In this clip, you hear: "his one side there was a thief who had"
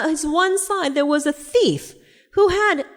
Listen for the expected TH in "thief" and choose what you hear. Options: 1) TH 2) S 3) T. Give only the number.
1